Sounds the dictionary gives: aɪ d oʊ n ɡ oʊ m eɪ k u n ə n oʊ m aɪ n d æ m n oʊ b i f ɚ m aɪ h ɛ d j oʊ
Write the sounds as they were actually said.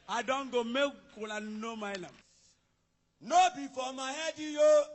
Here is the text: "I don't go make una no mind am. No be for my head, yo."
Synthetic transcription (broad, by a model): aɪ d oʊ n ɡ oʊ m eɪ k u l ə n oʊ m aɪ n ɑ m n oʊ b i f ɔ m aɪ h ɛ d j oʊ